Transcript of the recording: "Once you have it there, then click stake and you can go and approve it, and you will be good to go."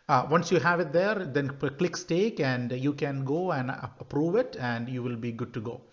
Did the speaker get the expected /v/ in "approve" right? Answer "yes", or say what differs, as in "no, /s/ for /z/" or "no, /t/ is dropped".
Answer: yes